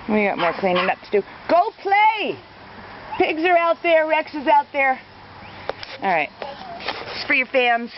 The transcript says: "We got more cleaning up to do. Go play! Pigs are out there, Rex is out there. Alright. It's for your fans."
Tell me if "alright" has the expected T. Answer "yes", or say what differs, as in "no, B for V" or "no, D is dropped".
no, T is dropped